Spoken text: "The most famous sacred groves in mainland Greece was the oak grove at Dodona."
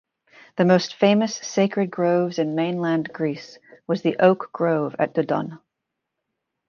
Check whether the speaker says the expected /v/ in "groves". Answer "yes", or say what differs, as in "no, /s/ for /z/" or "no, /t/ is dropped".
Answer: yes